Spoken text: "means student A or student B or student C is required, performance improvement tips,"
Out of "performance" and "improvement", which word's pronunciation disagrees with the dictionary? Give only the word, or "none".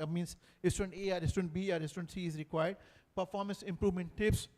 none